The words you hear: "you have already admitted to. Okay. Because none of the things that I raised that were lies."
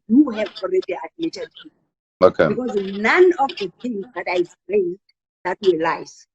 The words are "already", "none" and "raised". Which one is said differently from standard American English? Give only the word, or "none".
raised